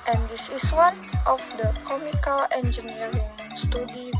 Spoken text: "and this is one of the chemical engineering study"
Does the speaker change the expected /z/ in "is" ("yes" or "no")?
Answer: yes